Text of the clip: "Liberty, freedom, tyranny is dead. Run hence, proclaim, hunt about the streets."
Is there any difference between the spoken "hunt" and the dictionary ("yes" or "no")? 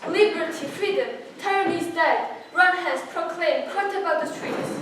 yes